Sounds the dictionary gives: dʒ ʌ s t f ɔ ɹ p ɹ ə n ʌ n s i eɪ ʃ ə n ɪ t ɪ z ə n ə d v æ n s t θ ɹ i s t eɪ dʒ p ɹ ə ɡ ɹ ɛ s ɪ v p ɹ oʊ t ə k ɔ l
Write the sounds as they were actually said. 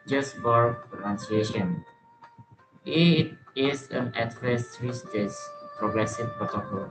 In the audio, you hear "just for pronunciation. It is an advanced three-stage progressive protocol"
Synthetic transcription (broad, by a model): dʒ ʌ s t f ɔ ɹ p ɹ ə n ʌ n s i eɪ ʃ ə n ɪ t ɪ z ə n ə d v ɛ s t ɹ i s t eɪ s p ɹ ə ɡ ɹ ɛ s ɪ v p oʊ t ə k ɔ